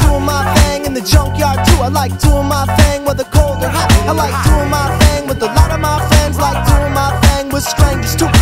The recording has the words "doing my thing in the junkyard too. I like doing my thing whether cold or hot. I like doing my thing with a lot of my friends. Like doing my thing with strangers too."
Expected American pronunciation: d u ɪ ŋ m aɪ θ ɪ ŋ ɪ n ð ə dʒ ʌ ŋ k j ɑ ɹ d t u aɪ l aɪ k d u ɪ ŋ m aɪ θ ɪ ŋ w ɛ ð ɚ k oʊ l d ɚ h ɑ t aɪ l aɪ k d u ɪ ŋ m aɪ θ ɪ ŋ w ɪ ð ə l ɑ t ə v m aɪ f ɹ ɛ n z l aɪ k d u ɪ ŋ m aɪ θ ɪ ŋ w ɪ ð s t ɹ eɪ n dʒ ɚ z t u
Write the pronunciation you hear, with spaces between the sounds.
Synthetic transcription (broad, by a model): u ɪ m aɪ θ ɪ ŋ ɪ n ð ə dʒ ʌ ŋ k j ɑ ɹ d t u aɪ l aɪ k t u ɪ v m aɪ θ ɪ ŋ w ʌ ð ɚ k oʊ l d ɚ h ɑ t aɪ l aɪ k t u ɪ m aɪ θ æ ŋ w ɪ ð ə l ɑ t ə v m aɪ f ɛ n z l aɪ k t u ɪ m aɪ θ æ ŋ w ɪ ð s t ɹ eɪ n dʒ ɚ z t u